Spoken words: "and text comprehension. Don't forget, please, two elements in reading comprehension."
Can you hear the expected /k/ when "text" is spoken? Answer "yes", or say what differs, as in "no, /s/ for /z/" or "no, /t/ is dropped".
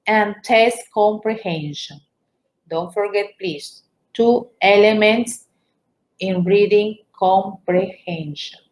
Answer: no, /k/ is dropped